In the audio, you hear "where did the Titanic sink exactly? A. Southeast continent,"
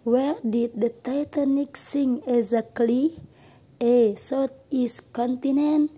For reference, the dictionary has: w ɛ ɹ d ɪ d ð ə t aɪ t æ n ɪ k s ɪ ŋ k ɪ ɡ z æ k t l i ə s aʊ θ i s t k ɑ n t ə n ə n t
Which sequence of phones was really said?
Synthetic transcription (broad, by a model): w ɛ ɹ d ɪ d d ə t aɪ t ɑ n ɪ k s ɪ ŋ ɪ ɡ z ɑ k l i ə s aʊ t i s k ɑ n t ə n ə n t